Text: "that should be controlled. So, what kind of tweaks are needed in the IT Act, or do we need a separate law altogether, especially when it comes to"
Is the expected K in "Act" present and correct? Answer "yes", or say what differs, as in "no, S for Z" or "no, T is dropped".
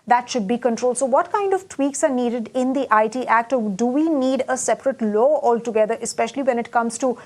yes